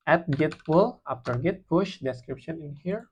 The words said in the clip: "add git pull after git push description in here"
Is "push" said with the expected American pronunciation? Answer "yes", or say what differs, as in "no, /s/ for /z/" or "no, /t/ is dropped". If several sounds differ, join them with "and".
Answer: yes